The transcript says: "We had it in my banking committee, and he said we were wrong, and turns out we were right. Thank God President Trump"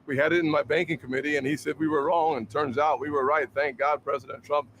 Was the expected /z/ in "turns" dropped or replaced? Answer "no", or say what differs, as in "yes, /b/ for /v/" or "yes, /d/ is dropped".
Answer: no